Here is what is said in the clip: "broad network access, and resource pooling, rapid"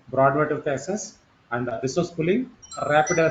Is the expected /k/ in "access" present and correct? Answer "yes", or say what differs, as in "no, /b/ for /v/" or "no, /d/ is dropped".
no, /k/ is dropped